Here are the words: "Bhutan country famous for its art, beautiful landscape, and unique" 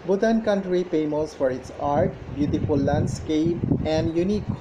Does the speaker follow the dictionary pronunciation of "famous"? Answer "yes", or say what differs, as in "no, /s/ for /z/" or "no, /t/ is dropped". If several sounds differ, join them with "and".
no, /p/ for /f/